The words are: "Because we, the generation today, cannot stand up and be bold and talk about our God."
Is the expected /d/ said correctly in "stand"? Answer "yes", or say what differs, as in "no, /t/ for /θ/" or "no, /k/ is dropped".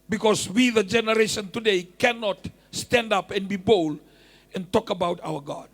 yes